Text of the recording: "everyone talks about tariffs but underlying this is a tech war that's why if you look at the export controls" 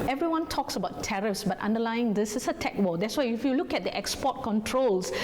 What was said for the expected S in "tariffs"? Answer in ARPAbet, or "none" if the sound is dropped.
S